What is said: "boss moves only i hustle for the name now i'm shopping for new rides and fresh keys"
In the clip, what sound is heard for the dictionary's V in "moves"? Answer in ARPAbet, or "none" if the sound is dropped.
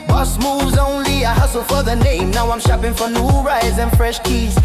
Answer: V